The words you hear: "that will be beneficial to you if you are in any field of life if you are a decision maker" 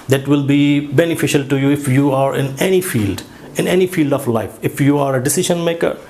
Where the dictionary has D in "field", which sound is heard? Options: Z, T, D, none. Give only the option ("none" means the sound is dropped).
D